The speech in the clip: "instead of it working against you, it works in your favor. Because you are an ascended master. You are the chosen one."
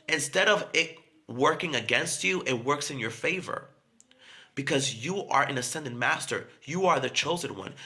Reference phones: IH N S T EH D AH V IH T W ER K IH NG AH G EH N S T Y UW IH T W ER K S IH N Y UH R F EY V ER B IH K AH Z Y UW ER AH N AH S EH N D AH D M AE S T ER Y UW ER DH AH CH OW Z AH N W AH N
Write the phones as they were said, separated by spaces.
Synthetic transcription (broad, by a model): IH N S T EH D AH V IH T W ER K IH NG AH G EH N S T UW IH T W ER K S IH N Y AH R F EY V ER B IH K AH Z Y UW ER AH N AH S EH N D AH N M AE S T ER Y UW ER DH AH CH OW Z AH N W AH N